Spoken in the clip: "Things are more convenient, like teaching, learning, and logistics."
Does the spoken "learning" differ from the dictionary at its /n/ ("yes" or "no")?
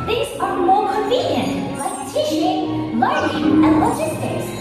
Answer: yes